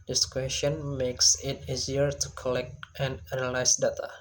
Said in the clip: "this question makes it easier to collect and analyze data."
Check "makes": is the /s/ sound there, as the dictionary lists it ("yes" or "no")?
yes